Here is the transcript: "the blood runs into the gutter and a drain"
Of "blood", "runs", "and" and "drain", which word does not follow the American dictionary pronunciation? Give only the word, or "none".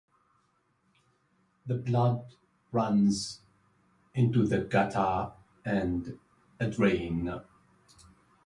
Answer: none